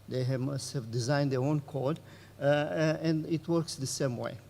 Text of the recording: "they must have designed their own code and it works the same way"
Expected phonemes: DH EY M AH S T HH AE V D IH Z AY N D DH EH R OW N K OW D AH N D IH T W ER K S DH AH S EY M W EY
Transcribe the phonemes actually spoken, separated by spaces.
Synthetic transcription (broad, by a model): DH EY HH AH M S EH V D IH Z AY N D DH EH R OW N K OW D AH N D IH T W ER K S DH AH S EY M W EY